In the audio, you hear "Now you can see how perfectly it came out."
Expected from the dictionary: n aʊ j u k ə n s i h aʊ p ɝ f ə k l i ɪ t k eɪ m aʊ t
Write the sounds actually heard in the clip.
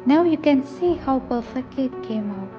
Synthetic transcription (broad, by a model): n aʊ j u k ə n s i h aʊ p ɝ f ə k i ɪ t k eɪ m aʊ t